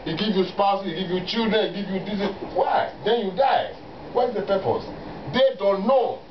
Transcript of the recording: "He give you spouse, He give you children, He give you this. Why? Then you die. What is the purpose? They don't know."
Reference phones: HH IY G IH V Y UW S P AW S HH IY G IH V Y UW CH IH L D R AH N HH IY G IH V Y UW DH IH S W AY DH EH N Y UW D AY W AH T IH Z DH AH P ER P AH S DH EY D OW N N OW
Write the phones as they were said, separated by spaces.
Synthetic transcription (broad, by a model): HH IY G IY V Y UW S P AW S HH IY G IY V Y UW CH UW D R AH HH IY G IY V Y UW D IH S W AY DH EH N Y UW D AY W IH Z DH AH P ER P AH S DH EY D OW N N OW